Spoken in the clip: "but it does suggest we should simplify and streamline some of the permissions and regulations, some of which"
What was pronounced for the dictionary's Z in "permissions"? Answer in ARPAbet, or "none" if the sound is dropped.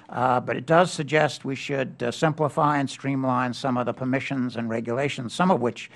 Z